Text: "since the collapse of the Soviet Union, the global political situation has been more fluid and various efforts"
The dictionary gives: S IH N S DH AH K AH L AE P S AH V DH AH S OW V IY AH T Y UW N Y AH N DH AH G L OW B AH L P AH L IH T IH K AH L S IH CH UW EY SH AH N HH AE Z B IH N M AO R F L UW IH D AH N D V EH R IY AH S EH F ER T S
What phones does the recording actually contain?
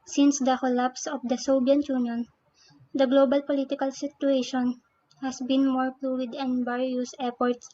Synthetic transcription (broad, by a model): S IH N S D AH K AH L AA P S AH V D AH S OW B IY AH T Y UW N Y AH N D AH G L OW B AH L P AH L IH T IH K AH L S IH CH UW EY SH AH N HH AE S B IH N M AO R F L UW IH D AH N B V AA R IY S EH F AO T S